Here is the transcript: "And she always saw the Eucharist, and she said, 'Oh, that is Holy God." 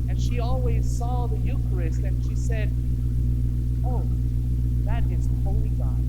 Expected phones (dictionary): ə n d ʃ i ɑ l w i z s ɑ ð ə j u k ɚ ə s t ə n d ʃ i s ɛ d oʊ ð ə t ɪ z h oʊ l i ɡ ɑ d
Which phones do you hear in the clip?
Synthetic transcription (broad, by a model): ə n ʃ i ɑ l w i z s ɑ ð ə j u k ɚ ə s t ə n ʃ i s ɛ d oʊ ð ə t ɪ z h oʊ l i ɡ ɑ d